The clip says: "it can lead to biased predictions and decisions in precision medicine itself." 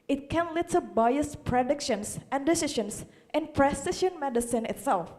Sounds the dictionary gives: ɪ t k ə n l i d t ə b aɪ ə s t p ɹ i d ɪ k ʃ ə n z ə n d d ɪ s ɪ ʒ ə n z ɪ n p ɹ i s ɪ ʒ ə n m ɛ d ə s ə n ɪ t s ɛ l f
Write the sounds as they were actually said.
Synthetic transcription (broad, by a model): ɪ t k ə n l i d t ə b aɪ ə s p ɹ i d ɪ k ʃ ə n s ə n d d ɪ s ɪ ʃ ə n s ɪ n p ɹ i s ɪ ʃ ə n m ɛ d ə s ə n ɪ t s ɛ l f